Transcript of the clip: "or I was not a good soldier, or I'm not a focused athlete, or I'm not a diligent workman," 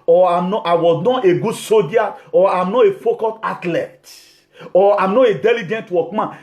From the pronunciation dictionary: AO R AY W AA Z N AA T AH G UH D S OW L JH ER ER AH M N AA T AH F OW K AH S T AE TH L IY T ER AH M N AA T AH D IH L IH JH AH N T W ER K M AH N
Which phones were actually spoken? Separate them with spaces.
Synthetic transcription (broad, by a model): AO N AY W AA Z N AA T AH G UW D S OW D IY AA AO AH M N AA T AH F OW K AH T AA T L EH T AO AH M N AA T AH D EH L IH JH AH N T W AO K M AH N